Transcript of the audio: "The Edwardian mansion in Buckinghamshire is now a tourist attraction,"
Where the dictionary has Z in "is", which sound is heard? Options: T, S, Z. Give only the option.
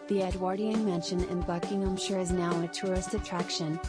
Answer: Z